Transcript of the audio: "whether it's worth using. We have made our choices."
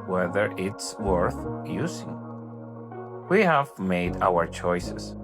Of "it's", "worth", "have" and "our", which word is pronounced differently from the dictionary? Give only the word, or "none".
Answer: none